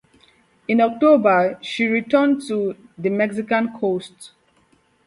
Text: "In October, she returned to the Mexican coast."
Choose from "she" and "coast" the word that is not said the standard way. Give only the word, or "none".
none